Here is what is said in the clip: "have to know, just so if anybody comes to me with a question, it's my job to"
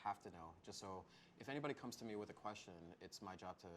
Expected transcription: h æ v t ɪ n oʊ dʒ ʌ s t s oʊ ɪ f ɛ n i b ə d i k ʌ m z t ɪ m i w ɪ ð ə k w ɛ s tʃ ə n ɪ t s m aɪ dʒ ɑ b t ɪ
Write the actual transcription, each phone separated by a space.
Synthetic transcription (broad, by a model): h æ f t ɪ n oʊ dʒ ʌ s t s oʊ ɪ f ɛ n i b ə d i k ʌ m z t ɪ m i w ɪ ð ə k w ɛ s tʃ ə n ɪ t s m aɪ dʒ ɑ b t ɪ